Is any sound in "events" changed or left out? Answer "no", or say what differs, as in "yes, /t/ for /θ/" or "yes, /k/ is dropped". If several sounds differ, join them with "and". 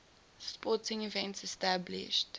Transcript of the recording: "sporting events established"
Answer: no